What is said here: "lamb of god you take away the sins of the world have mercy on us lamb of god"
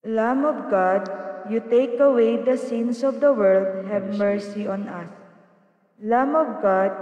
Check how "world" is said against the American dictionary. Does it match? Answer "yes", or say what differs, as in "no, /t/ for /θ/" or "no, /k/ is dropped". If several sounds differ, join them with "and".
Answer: yes